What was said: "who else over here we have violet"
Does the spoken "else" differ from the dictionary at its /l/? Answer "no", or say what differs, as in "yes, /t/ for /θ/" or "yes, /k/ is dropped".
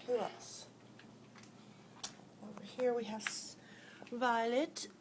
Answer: yes, /l/ is dropped